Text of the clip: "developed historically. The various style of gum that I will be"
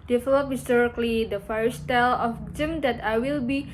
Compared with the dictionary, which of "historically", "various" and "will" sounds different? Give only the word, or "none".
various